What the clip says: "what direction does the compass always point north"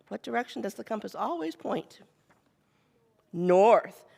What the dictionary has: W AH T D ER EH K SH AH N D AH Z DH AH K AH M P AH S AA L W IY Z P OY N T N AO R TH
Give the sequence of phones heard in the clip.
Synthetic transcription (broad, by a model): W AH T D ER EH K SH N D AH Z DH AH K AH M P AH S AA L W IY Z P OY N T N AO R TH